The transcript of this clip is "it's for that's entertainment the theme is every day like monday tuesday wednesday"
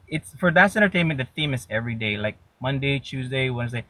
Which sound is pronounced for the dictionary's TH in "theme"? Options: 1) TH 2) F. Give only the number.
1